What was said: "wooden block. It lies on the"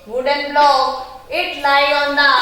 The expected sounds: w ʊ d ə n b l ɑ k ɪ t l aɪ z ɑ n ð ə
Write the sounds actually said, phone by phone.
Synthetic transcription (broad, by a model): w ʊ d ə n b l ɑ ɪ t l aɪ ɑ n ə